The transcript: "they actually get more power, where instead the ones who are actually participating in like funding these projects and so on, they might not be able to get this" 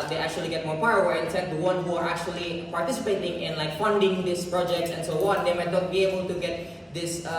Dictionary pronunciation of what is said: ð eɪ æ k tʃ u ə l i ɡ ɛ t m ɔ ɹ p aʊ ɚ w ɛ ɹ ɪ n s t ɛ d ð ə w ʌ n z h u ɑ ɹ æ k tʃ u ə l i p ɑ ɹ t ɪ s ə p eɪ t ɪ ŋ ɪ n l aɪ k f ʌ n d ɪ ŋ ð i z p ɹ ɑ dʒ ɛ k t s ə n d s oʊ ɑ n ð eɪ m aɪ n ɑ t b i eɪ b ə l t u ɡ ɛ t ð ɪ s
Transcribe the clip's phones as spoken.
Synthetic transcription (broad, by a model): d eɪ æ k tʃ u ə l i ɡ ɛ t m ɔ ɹ p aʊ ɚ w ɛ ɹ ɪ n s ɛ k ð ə w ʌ n h u ɑ ɹ æ k tʃ u ə l i p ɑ ɹ t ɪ s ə p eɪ t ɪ ŋ ɪ n l aɪ k f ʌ n d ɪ ŋ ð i s p ɹ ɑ dʒ ɛ k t s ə n s oʊ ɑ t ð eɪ m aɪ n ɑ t b i eɪ b ə l t u ɡ ɛ t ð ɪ s